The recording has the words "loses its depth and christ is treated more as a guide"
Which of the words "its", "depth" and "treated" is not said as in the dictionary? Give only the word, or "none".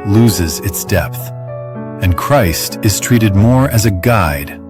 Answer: none